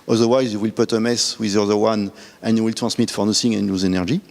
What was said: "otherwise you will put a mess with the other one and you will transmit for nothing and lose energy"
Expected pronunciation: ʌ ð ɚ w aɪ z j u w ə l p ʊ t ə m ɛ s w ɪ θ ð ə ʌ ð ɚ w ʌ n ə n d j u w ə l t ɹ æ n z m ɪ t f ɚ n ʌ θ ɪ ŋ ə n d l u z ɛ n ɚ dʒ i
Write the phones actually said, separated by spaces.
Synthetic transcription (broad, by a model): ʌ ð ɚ w aɪ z j u w ə l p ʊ t ə m ɛ s w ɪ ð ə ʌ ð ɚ w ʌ n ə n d j u w ə l t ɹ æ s m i t f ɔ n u s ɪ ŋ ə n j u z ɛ n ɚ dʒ i